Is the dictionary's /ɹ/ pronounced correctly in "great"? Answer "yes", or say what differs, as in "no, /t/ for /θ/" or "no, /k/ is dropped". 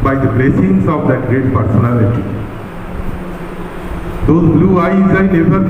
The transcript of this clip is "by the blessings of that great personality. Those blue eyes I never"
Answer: yes